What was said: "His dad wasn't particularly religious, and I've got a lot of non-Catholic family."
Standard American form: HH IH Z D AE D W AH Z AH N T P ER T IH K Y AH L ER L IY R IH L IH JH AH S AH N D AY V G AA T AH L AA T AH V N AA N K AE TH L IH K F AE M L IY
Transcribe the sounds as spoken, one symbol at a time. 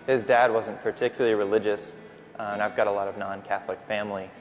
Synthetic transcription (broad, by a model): HH IH Z D AE D W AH Z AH N P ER T IH K Y L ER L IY R IH L IH JH AH S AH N AY V G AA T AH L AA T AH V N AA N K AE TH L IH K F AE M L IY